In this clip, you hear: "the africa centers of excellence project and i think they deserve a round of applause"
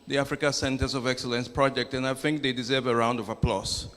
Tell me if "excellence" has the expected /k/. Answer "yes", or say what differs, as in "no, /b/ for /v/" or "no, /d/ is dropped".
yes